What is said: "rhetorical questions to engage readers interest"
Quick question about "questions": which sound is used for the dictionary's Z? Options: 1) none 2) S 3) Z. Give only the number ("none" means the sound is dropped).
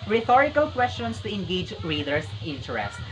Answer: 2